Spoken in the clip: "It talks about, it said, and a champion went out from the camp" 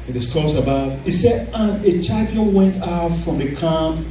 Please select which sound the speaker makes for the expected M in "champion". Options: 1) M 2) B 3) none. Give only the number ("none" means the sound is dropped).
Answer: 3